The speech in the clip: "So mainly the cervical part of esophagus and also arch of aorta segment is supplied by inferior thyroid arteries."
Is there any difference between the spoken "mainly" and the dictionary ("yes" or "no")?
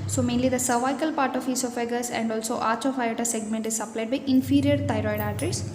no